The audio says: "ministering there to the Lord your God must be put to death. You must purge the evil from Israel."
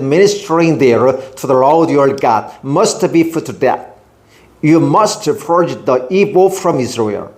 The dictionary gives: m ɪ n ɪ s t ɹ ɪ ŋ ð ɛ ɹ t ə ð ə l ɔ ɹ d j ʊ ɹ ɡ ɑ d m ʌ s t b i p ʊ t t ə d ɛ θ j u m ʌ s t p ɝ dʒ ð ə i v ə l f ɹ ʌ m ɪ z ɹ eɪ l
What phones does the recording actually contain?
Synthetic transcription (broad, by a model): m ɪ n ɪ s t ɹ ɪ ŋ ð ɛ ɹ t ə ð ə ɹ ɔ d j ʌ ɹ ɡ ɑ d m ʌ s t b i f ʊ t t ə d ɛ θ j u m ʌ s t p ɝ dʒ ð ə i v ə f ɹ ʌ m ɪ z ɹ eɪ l